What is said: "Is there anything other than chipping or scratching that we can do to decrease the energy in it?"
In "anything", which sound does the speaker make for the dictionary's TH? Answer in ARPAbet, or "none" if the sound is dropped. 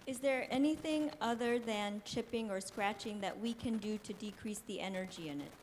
TH